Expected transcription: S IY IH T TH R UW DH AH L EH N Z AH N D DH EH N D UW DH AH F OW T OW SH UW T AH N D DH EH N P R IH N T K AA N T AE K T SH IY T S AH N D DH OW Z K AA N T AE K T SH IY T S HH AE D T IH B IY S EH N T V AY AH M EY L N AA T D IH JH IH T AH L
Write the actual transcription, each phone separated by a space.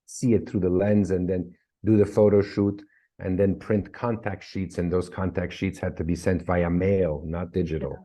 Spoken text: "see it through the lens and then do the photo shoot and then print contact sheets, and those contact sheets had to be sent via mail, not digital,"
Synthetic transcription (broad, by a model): S IY IH T TH R UW DH AH L EH N Z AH N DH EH N D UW DH AH F OW T OW SH UW T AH N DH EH N P R IH N T K AA N T AE K T SH IY T S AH N DH OW Z K AA N T AE K T SH IY T S HH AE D T IH B IY S EH N T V AY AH M EY L N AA T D IH JH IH T L